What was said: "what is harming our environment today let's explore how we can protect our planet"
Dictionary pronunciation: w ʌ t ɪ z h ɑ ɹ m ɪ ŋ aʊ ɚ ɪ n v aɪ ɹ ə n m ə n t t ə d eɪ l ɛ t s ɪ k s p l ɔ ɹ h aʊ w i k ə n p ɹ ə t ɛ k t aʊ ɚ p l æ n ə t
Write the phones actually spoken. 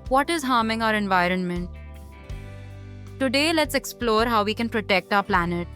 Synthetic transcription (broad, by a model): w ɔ t ɪ z h ɑ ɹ m ɪ ŋ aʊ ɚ ɪ n v aɪ ɹ ə n m ə n t t ə d eɪ l ɛ t s ɪ k s p l ɔ ɹ h aʊ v i k ə n p ɹ ə t ɛ k t aʊ ɚ p l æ n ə t